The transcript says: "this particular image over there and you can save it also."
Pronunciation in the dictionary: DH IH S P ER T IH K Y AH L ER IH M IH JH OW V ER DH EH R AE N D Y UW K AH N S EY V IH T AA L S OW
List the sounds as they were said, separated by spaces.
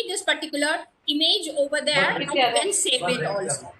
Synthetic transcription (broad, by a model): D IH S P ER T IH K Y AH L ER IH M IH JH OW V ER R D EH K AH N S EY IH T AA L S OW